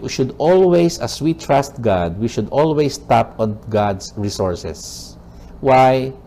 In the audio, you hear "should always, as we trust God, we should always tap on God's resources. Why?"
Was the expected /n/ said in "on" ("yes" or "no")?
yes